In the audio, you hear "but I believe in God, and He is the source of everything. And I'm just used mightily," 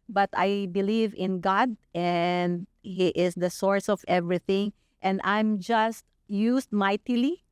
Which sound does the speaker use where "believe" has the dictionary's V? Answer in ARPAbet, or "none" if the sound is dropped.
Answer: V